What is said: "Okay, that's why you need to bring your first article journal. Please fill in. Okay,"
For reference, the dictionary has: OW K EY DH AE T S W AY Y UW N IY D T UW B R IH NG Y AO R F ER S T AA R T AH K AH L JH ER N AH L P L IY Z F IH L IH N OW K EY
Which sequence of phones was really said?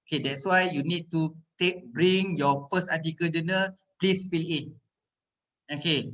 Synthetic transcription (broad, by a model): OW K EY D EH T S W AY Y UW N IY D T UW B R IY NG Y AO F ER S T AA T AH K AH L JH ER N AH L P L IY S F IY L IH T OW K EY